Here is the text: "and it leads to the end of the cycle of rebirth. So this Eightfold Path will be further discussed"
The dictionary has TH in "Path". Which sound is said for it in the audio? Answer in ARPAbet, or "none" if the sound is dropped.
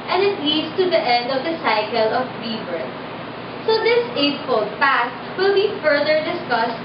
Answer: S